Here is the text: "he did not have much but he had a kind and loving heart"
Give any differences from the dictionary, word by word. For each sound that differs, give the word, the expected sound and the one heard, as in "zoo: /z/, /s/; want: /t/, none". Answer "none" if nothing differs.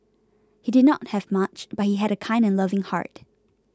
none